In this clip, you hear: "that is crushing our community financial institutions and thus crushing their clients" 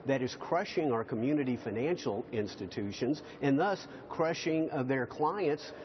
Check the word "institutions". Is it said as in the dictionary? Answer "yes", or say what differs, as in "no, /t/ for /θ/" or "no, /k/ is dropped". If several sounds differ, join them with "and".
yes